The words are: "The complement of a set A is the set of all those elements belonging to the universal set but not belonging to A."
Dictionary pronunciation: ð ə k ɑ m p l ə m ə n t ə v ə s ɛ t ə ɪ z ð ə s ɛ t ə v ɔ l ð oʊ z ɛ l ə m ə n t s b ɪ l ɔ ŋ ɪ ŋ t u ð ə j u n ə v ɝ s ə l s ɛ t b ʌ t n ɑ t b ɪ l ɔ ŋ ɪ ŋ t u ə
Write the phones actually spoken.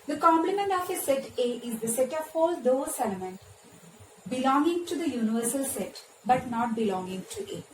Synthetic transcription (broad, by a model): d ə k ɑ m p l ə m ə n t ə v ə s ɛ t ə ɪ z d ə s ɛ t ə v ɔ l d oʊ s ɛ l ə m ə n t b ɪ l ɔ ŋ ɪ ŋ t u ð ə j u n ə v ɝ s ə l s ɛ t b ʌ t n ɑ t b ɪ l ɔ ŋ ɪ ŋ t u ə